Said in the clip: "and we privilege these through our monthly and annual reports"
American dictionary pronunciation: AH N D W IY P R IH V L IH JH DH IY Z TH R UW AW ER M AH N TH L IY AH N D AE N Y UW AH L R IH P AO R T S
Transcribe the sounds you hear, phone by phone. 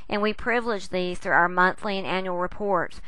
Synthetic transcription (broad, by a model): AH N W IY P R IH V L IH JH DH IY Z TH R UW AW ER M AH N TH L IY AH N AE N Y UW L R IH P AO R T S